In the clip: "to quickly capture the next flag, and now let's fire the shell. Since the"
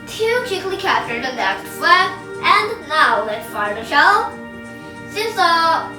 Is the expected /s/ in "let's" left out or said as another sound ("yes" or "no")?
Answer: yes